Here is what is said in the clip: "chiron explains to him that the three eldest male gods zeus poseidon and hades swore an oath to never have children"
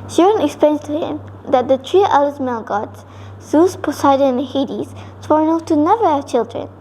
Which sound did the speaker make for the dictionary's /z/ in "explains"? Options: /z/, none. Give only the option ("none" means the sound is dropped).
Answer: none